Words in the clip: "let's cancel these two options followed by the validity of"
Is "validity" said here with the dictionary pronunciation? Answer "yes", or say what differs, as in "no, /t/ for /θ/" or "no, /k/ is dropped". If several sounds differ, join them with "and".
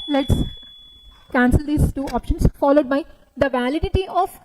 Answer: yes